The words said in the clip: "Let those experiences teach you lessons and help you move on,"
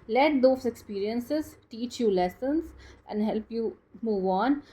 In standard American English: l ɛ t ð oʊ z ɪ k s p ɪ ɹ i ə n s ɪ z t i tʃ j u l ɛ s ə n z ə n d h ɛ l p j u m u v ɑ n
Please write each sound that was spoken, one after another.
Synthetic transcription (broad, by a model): l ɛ t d oʊ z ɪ k s p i ɹ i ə n s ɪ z t i tʃ j u l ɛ s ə n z ə n d h ɛ l p j u m u v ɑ n